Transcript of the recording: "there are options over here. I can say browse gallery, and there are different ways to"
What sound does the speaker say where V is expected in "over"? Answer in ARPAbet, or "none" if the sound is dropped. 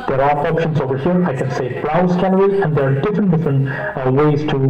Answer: V